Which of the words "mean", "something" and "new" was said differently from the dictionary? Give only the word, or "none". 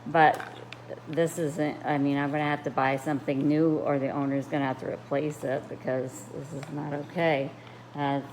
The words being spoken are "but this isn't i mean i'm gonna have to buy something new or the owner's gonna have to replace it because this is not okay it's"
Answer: none